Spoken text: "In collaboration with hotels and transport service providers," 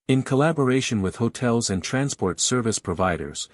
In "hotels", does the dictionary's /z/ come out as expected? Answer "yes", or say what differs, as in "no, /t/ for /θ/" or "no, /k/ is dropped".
yes